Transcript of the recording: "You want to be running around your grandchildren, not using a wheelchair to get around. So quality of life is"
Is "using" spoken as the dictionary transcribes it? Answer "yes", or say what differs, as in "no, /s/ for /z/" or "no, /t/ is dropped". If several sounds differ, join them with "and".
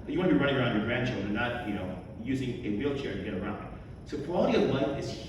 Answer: yes